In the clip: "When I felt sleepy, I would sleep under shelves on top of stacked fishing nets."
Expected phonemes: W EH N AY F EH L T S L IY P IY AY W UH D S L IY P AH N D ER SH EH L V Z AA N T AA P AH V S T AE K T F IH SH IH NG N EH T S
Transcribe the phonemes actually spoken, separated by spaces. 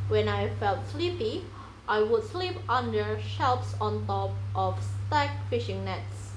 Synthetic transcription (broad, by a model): W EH N AY F EH L T S L IY P IY AY W UH D S L IY P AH N D ER SH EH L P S AA N T AA P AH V S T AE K F IH SH IH NG N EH T S